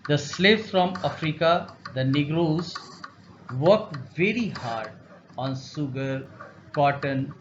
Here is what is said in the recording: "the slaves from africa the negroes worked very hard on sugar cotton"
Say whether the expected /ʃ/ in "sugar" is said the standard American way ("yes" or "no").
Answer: no